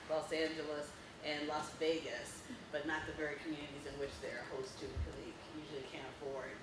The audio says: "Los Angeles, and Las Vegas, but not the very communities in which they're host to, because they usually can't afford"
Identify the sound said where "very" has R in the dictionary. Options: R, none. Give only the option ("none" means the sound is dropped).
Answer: R